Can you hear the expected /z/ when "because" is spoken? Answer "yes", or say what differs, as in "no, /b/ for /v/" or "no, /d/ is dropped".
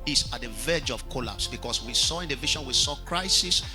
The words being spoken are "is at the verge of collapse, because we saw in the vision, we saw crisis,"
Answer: no, /s/ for /z/